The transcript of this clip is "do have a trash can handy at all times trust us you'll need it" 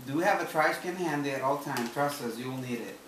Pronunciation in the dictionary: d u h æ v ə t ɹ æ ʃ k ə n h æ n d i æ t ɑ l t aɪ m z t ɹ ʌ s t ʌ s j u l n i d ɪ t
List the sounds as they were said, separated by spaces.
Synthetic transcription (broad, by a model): d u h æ v ə t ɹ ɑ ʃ k ə n h æ n d i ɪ t ɑ l t aɪ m t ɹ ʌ s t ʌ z j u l n i d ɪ t